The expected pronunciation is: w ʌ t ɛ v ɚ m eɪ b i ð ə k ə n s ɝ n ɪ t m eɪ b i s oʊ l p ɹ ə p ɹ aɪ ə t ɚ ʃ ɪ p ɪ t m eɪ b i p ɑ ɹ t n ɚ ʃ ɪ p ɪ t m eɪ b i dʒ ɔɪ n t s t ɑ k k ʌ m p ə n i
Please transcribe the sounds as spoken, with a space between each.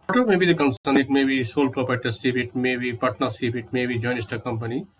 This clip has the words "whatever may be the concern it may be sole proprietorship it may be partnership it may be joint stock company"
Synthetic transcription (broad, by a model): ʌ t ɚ m eɪ b i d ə k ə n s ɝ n ɪ t m eɪ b i s oʊ l p ɹ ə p aɪ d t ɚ s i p ɪ t m eɪ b i p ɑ t n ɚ s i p ɪ t m eɪ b i dʒ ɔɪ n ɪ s t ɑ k k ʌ m p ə n i